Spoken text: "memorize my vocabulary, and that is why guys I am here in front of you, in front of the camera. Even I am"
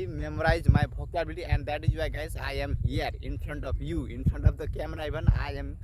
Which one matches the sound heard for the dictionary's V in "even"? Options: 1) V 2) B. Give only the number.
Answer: 2